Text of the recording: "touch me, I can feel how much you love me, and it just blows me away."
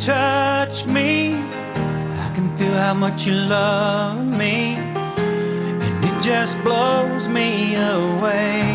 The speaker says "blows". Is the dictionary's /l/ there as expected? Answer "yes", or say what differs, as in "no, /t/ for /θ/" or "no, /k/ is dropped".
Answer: yes